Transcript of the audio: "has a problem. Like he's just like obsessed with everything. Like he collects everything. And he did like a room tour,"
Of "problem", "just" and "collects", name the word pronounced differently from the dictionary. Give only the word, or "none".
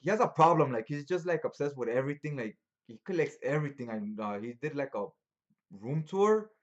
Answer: none